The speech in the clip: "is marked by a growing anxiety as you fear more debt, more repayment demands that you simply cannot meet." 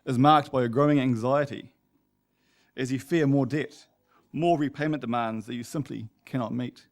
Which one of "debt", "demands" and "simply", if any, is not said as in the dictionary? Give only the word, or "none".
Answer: none